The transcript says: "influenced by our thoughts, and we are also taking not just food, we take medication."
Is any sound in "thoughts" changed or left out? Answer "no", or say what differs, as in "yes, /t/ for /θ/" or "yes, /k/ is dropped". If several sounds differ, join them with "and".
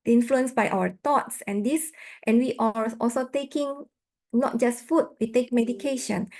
yes, /t/ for /θ/